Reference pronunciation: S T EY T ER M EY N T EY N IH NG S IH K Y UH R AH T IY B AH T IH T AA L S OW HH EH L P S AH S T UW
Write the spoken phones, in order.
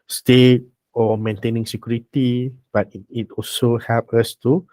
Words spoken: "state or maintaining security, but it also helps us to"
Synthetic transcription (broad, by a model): S T EY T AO M EY N T EY N IH NG S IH K Y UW R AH T IY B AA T IH T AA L S OW HH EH P AH S T UW